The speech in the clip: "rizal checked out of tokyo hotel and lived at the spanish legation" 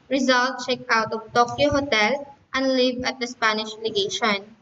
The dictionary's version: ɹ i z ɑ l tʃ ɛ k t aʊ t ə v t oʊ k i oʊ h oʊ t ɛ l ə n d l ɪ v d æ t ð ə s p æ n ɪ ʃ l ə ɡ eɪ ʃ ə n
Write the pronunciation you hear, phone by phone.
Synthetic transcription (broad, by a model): ɹ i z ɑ l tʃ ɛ k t aʊ t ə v t oʊ k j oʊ h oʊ t ɛ l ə n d l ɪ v ʌ t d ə s p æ n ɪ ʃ l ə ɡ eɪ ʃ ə n